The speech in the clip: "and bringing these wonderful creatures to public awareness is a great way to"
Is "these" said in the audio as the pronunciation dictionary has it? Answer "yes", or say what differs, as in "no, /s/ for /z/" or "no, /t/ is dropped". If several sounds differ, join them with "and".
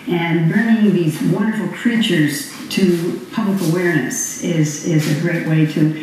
yes